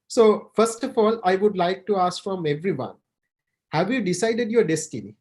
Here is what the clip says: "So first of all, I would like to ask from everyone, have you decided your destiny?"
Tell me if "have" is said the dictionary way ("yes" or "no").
yes